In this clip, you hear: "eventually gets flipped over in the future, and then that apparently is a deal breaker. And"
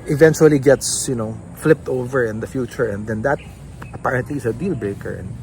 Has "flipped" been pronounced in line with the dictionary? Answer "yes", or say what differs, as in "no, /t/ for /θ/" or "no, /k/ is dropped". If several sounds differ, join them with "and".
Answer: yes